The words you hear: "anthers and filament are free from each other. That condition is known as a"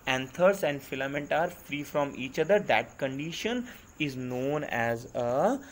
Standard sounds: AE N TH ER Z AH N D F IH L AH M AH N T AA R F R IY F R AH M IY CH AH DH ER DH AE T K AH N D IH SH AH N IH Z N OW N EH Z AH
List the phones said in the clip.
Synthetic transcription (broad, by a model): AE N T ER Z AH N D F IH L AH M AH N T AA R F R IY F R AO M IY CH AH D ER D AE T K AH N D IH SH AH N IH Z N OW N EH Z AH